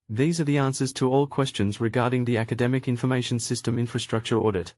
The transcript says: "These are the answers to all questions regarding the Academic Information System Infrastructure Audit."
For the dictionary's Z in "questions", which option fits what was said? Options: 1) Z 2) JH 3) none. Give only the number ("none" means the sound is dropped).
1